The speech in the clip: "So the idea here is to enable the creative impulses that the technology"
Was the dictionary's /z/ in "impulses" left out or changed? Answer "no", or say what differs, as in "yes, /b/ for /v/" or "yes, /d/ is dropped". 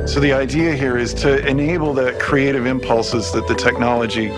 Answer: no